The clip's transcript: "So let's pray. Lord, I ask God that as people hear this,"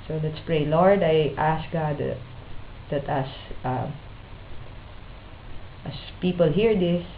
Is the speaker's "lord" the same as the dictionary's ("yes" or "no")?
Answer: yes